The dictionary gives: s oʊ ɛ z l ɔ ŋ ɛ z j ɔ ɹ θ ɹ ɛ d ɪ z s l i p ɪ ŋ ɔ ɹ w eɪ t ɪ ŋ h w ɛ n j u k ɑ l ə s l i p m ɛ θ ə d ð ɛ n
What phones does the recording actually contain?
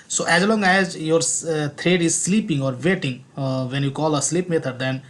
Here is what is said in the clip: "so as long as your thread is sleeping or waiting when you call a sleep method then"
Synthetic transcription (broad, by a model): s oʊ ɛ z l ɔ ŋ ɛ z j ɔ ɹ t ɹ ɛ d ɪ z s l i p ɪ ŋ ɔ ɹ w eɪ t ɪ ŋ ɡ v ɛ n j u k ɑ l ə s l i p m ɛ t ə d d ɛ n